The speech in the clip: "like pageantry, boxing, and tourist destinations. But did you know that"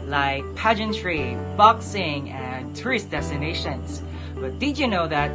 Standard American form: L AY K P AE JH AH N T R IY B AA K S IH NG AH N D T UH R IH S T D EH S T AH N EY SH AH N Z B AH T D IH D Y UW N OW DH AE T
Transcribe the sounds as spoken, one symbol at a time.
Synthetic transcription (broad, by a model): L AY K P AE JH AH N T R IY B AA K S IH NG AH N T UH R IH S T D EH S T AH N EY SH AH N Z B AH T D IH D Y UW N OW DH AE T